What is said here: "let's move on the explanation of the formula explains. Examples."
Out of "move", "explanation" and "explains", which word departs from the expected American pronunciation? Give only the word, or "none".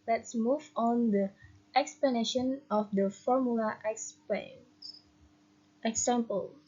explains